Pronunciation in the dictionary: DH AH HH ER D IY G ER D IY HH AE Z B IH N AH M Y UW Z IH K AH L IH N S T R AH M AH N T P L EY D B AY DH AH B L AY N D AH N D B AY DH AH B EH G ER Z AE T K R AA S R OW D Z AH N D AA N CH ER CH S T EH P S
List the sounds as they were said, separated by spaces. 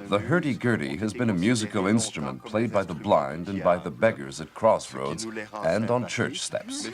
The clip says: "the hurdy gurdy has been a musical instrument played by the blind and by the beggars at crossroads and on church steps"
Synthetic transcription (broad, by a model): DH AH HH ER D IY G ER D IY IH Z B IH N AH M Y UW Z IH K L IH N S T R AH M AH N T P L EY D B AY DH AH B L AY N D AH N B AY DH AH B EH G ER Z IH T K R AA S R OW D Z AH N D N CH ER CH S T EH P S